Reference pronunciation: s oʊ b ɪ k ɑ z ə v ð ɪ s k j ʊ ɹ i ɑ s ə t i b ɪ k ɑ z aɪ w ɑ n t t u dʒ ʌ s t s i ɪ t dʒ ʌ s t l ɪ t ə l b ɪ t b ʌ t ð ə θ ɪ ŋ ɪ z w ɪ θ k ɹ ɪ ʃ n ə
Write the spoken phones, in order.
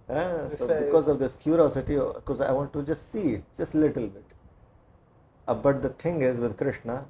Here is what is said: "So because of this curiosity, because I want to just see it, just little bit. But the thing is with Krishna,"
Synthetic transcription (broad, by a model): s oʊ b ɪ k ɑ z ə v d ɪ s k j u ɹ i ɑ s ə t i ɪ k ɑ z aɪ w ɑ n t t u dʒ ʌ s t s i ɪ t dʒ ʌ s t l ɪ t ə l b ɪ t b ʌ t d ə t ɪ ŋ ɪ z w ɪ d k ɹ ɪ ʃ n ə